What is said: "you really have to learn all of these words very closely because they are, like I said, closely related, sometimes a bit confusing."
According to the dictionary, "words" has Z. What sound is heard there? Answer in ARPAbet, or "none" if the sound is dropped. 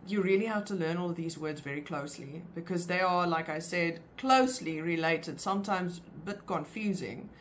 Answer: Z